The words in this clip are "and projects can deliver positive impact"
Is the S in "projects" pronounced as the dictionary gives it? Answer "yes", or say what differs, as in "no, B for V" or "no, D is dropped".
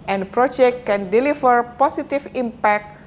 no, S is dropped